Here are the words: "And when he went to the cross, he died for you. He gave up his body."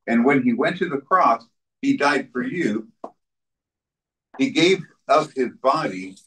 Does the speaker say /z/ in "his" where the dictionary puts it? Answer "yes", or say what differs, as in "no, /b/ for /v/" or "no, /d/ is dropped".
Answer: yes